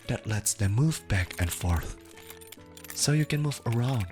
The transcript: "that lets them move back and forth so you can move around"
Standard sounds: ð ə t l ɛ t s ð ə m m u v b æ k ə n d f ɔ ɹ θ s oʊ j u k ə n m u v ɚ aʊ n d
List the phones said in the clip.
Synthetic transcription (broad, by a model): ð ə t l ɛ t s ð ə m m u v b æ k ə n f ɔ ɹ θ s oʊ j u k ə n m u v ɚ aʊ n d